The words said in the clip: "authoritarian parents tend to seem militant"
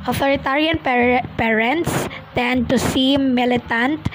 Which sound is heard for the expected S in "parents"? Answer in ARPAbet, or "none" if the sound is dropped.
S